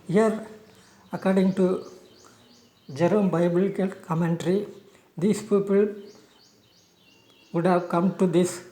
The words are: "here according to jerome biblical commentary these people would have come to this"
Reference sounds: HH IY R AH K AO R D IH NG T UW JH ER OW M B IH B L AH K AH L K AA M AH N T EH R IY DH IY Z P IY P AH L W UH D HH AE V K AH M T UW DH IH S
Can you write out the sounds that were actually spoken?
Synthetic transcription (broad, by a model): HH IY R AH K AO R D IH NG T UW JH ER OW M B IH B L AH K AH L K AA M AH N T R IY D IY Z P IY P AH L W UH D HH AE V K AH M T UW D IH S